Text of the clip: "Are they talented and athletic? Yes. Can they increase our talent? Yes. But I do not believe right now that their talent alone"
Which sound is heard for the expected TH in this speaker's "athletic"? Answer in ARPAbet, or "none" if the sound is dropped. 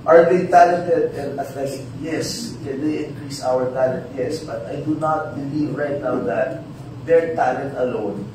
T